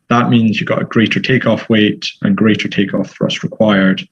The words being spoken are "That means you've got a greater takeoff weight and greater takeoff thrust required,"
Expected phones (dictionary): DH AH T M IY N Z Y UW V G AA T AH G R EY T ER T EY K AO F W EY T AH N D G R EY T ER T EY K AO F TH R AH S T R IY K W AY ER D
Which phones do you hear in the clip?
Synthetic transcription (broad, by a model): DH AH T M IY N Z Y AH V G AA T AH G R EY T ER T EY K AO F W EY T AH N G R EY T ER T EY K AO F TH R AH S T R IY K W AY ER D